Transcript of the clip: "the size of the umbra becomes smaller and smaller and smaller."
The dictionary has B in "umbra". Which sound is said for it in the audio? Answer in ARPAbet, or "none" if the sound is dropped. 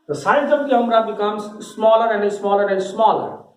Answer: none